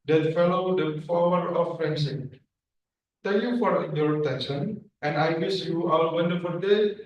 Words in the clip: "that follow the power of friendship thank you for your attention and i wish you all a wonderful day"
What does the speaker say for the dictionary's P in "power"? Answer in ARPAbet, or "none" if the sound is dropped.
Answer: F